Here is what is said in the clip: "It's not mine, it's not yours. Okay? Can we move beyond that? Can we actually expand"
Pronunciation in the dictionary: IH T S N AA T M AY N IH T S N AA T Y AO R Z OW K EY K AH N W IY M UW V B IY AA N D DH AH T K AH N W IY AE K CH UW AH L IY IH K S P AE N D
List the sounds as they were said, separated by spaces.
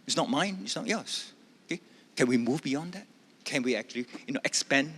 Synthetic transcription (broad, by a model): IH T S N AA T M AY N IH T S N AA T Y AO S OW K EY K AH N W IY M UW V B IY AA N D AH T K AH N W IY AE K CH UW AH N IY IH K S P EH N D